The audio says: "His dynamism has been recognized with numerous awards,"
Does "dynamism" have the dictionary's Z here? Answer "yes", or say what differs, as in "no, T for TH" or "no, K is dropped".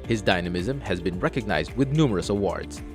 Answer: yes